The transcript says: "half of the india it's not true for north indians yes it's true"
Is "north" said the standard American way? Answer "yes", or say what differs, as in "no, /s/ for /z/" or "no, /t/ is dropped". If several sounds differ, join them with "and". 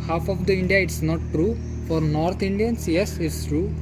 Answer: no, /t/ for /θ/